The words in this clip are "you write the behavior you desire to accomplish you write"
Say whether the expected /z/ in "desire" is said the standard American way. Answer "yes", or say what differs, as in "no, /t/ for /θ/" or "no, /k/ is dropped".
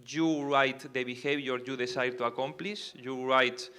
no, /s/ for /z/